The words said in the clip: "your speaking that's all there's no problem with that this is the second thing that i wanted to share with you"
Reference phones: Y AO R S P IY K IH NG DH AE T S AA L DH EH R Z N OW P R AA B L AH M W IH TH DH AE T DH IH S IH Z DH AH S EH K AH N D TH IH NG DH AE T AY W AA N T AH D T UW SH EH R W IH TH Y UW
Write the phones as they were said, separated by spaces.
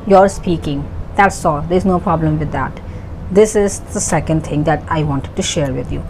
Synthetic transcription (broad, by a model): Y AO R S P IY K IH NG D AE T S AA L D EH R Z N OW P R AA B L AH M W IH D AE T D IH S IH Z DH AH S EH K AH N D T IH NG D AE T AY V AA N T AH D T UW SH EH R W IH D Y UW